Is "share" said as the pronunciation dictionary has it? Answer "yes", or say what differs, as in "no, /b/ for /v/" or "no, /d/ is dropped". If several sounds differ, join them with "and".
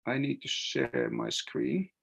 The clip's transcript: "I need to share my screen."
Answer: yes